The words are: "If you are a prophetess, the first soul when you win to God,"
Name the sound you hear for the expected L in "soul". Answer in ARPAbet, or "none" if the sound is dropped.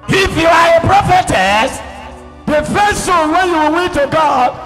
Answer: N